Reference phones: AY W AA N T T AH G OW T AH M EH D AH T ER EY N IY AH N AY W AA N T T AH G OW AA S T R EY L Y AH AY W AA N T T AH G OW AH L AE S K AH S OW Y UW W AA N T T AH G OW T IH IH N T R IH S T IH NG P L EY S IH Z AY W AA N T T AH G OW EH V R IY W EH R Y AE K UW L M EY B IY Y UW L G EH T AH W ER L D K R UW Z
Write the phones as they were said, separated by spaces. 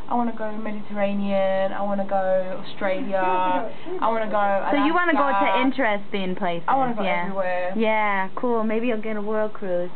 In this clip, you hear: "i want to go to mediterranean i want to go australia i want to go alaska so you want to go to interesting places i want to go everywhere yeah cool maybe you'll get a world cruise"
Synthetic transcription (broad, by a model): AY W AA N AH G OW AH M EH D AH T ER EY N IY AH N AY W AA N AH G OW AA S T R EY L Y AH AY W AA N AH G OW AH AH S OW Y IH W AA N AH G OW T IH IH N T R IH S T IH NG P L EY IH S AY W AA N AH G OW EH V R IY W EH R Y AE K UW L M EY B IY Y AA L G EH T AH W ER L D K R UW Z